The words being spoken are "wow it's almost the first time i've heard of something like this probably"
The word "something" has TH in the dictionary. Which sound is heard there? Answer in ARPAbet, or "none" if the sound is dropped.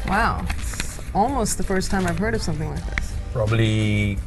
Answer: TH